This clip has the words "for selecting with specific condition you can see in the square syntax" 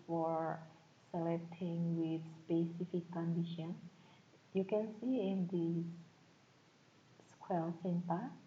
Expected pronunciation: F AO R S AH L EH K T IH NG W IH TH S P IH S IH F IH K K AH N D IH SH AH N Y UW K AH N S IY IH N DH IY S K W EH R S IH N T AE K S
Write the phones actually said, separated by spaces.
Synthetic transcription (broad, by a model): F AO R S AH L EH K T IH NG W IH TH S P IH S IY F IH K K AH N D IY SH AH N Y UW K AH N S IY IH N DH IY S K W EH L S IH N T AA